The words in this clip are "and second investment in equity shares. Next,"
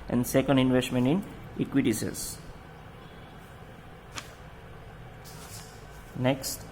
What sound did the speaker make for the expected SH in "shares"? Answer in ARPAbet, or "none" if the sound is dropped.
S